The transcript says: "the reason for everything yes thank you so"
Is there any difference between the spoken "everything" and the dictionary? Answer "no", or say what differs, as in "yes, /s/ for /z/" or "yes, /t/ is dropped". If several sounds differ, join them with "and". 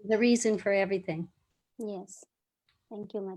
no